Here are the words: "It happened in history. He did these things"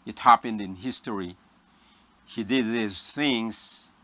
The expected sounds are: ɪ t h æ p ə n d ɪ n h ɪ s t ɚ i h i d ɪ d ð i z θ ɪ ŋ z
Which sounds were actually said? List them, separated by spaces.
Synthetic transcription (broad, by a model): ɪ t h æ p ə n d ɪ n h ɪ s t ɚ i h i d ɪ d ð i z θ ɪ ŋ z